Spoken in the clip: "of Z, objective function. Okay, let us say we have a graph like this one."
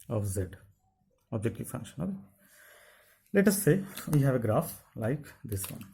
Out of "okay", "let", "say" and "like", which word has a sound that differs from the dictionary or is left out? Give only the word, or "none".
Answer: okay